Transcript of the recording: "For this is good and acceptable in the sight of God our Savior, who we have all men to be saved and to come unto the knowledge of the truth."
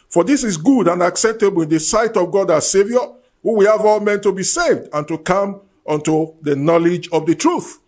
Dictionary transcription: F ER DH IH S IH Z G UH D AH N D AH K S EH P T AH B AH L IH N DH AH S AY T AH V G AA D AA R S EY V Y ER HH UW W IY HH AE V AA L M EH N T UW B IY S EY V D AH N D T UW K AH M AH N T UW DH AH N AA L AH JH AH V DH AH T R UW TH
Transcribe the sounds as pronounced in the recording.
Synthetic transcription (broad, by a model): F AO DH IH S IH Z G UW D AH N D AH K S EH P T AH B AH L IH N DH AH S AY T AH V G AA D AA S EY V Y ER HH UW W IY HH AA V AA L M EH N T UW B IY S EY V D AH N T UW K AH M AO N T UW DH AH N AA L AH JH AH V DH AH T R UW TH